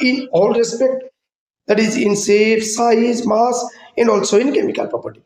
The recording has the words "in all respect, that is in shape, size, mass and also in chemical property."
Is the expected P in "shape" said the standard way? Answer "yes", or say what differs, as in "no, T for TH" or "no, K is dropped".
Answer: no, F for P